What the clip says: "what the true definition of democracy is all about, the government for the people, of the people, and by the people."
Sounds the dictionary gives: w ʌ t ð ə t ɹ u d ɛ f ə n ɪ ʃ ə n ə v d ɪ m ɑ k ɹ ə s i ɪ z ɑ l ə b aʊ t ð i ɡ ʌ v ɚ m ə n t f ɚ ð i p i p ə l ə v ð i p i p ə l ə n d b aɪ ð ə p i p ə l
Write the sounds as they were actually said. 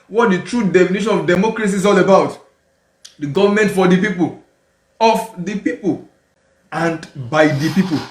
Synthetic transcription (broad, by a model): w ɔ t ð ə t ɹ u d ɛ f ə n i ʃ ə n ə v d ɪ m ɑ k ɹ ə s i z ɑ l ə b aʊ t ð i ɡ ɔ v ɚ m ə n t f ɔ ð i p i p ə l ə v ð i p i p ə l ə n d b aɪ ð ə p i p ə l